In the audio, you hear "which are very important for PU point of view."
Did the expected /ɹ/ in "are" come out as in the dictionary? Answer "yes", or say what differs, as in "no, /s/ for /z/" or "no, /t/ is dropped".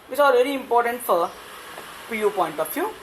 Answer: no, /l/ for /ɹ/